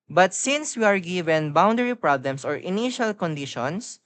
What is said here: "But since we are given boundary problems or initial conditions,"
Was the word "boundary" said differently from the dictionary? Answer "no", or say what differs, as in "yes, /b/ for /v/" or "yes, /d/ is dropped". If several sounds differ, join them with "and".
no